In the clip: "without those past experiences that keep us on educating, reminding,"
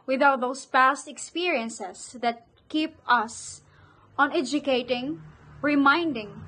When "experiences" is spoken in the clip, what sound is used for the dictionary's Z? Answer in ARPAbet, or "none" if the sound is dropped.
S